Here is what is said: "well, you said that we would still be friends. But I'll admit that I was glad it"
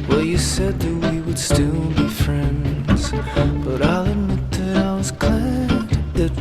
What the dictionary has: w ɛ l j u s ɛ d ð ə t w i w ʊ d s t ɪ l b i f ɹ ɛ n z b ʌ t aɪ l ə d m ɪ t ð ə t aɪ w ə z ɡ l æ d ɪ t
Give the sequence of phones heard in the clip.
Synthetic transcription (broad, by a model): w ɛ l j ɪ s ɛ d ð ə t w i w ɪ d s t ɪ l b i f ɹ ɛ n z b ʌ t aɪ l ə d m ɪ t ð ə t aɪ w ə z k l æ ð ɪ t